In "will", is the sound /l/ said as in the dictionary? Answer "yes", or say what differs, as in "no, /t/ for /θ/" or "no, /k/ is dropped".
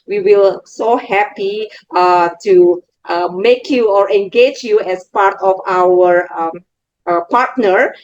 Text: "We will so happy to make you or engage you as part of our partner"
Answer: yes